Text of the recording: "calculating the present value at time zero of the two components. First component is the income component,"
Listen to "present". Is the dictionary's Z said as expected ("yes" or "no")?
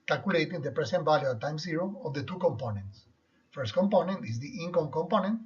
no